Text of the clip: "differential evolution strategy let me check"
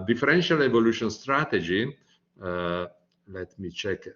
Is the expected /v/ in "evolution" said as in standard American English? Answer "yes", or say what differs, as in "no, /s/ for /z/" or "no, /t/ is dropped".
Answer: yes